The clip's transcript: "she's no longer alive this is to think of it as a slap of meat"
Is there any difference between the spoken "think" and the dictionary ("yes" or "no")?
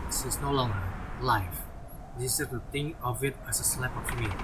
yes